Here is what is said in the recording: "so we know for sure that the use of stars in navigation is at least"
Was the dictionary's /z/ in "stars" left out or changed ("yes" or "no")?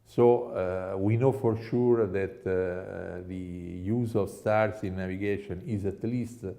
yes